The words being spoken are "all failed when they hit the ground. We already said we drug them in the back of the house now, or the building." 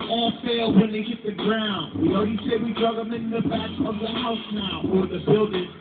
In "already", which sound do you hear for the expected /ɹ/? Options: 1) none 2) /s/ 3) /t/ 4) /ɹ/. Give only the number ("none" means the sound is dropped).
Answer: 1